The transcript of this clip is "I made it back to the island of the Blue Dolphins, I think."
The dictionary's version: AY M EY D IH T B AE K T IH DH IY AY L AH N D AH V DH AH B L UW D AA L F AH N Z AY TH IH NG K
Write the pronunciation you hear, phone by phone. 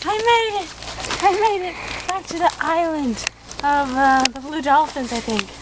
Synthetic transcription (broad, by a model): AY M EY D IH T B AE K T IH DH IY AY L AH N D AH V DH AH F L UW D AA L F AH N Z AY TH IH NG K